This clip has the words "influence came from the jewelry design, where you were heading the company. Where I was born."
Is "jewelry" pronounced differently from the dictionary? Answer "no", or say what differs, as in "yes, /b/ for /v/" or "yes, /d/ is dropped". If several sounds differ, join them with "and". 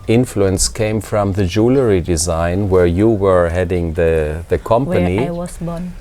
no